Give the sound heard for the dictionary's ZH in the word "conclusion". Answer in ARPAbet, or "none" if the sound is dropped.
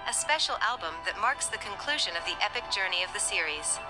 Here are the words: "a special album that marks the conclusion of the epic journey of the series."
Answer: ZH